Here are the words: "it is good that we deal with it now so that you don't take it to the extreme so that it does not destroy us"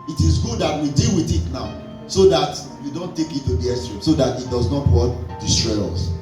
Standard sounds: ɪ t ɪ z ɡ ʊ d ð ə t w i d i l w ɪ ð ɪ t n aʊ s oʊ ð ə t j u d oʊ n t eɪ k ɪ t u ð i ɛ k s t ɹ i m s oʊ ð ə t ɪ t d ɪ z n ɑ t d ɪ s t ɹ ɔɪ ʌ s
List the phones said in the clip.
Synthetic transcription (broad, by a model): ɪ t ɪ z ɡ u d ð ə t w i d i l w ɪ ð ɪ t n aʊ s oʊ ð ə t j u d oʊ n t eɪ k ɪ t u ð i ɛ s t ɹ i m s oʊ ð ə t ɪ t d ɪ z n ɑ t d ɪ s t ɹ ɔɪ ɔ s